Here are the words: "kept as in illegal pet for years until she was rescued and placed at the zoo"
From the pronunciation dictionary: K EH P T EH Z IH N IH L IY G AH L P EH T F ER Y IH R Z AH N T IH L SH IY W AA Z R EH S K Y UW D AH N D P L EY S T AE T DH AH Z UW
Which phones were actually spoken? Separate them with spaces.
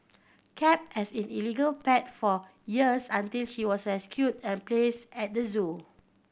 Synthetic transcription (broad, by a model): K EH P EH S IH N IH L IY G AH L P EH T F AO Y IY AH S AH N T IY L SH IY W AA S R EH S K Y UW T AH N P L EY S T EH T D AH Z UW